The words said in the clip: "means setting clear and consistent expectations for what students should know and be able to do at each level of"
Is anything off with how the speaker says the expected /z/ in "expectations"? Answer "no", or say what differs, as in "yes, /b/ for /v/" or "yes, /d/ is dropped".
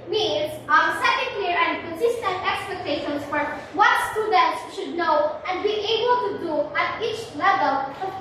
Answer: yes, /s/ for /z/